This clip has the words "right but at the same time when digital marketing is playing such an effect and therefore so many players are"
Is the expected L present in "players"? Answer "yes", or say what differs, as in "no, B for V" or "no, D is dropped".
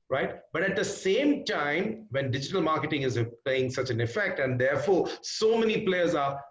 yes